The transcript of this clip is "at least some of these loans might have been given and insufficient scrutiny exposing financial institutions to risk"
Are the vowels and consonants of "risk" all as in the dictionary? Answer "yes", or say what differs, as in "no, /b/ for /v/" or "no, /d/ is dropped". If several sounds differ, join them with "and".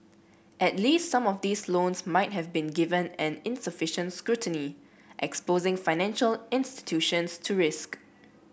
yes